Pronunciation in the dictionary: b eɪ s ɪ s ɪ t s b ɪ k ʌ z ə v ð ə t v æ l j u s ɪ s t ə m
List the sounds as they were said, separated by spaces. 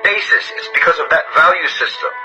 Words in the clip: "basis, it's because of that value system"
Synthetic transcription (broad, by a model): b eɪ s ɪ s ɪ t s b ɪ k ʌ z ə v ð ə t v æ l j u s ɪ s t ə m